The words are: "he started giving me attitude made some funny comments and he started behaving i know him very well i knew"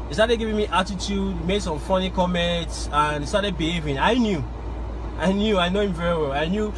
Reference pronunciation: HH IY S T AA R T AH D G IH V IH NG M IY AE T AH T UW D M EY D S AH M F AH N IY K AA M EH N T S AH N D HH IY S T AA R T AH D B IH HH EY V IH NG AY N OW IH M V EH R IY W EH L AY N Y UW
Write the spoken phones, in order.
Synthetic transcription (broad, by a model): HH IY S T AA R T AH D G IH V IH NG M IY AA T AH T UW D M EY D S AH M F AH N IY K AA M EH N T S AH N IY S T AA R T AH D B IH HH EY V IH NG AY N OW IH M V EH R IY W EH L AY N Y UW